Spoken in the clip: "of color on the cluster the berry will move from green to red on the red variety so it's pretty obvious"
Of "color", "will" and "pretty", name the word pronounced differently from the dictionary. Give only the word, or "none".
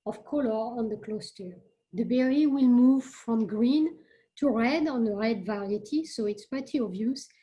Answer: pretty